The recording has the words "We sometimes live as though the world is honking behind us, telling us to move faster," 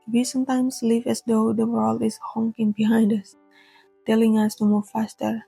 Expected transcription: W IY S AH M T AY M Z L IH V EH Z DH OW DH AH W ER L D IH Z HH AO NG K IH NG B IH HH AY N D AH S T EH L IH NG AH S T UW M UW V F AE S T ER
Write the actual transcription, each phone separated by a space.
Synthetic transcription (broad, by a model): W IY S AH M T AY M S L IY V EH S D OW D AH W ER L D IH S HH AO NG K IH NG B IH HH AY N D AH S T EH L IH NG AH S T UW M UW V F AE S T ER